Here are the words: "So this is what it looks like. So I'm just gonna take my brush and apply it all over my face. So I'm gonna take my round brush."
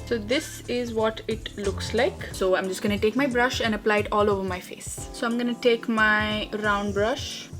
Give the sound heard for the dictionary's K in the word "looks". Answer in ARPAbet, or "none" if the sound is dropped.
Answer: K